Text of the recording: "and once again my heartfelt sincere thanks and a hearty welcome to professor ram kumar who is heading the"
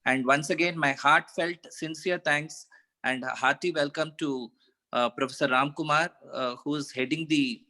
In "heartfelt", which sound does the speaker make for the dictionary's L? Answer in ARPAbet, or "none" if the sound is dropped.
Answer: L